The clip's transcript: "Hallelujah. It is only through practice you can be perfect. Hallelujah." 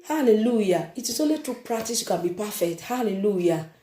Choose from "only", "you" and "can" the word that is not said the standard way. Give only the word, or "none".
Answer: only